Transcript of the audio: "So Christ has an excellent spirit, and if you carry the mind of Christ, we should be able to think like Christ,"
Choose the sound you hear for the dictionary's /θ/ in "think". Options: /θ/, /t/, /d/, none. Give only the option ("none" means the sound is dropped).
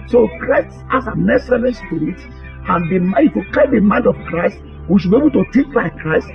/t/